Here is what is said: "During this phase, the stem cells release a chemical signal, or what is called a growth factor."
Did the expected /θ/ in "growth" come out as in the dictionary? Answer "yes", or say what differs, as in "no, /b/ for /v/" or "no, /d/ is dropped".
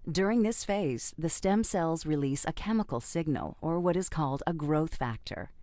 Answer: yes